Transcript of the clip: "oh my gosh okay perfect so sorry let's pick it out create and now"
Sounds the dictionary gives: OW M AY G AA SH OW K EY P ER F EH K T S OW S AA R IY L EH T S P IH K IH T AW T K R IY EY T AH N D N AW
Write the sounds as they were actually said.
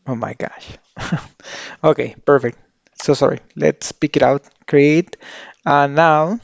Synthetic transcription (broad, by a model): OW M AY G AA SH OW K EY P ER F EH K T S OW S AA R IY L EH T S P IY K IH T AW T K R IY EY T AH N N AW